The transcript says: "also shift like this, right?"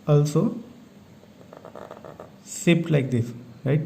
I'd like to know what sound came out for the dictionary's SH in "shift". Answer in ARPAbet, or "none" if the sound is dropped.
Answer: S